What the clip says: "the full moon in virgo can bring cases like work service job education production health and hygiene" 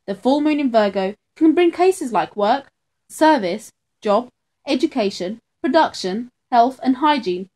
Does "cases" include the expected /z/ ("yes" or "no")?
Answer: yes